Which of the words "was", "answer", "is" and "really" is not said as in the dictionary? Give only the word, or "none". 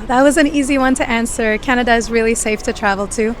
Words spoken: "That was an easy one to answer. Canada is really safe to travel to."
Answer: none